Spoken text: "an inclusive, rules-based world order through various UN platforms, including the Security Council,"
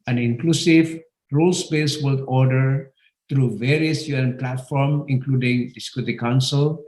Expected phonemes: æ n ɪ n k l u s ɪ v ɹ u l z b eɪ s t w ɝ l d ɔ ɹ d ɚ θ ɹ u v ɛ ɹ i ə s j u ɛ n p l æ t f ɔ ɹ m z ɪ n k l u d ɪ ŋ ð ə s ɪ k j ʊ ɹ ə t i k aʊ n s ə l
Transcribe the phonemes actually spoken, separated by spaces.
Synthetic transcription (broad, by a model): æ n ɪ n k l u s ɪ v ɹ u l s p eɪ s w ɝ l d ɔ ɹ d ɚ t ɹ u v ɛ ɹ i ə s j u ɛ n p l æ t f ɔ ɹ m ɪ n k l u d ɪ ŋ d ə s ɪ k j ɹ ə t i k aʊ n s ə l